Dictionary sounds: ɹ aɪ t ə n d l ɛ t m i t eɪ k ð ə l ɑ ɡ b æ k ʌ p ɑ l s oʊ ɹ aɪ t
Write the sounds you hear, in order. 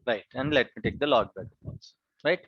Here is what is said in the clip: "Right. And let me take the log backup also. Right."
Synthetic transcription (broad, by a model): ɹ aɪ t ə n d l ɛ t m i t eɪ k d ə l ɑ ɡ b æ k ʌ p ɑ s ɹ aɪ t